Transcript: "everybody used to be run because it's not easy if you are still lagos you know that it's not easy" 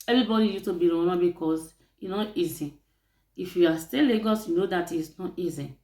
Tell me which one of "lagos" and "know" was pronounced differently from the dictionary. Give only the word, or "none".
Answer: none